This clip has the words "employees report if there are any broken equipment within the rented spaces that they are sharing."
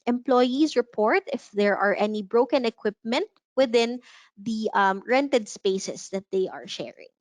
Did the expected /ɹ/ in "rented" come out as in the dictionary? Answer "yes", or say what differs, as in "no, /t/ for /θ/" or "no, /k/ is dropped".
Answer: yes